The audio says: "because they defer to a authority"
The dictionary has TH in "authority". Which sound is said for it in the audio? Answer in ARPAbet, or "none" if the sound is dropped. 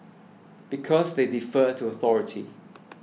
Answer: TH